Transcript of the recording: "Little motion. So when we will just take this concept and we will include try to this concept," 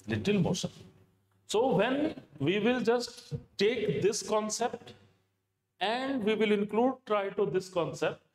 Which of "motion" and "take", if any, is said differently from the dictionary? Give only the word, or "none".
motion